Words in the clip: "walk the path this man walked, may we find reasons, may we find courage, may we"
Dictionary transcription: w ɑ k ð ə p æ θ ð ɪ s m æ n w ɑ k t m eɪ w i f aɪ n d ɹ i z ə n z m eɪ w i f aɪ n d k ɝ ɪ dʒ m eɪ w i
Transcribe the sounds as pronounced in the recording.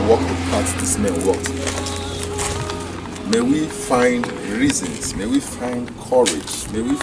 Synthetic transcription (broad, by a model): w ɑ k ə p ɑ s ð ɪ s m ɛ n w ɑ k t m eɪ w i f aɪ n d ɹ i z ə n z m eɪ w i f aɪ n d k ɝ ɪ dʒ m eɪ w i